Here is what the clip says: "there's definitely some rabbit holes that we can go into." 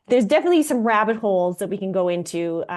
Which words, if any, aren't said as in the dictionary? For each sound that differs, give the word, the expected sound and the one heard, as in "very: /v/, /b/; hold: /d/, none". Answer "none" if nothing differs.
none